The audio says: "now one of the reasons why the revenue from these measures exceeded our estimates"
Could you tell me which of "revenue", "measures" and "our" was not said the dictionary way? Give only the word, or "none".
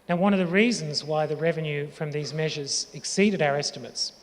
none